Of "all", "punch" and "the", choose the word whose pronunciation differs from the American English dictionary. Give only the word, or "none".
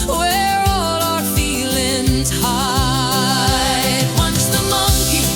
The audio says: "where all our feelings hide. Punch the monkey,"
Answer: punch